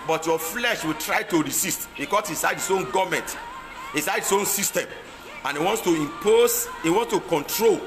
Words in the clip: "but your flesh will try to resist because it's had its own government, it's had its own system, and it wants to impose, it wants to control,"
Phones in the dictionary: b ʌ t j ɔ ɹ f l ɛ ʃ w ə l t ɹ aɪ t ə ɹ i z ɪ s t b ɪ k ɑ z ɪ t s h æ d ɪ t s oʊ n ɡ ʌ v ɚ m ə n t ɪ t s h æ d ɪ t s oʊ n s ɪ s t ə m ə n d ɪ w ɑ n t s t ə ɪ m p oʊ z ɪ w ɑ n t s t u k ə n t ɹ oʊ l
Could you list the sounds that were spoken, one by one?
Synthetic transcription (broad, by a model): b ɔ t j ɔ f l ɛ ʃ w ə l t ɹ aɪ t ə ɹ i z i s t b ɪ k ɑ s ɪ s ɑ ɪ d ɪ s oʊ n ɡ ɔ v m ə n t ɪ s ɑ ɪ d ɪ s oʊ n s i s t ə m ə n ɪ w ɑ n t s t ə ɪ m p oʊ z ɪ w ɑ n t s t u k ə n t ɹ oʊ l